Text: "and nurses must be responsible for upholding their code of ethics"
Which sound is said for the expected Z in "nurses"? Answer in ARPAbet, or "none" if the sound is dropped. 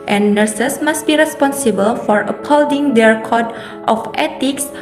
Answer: S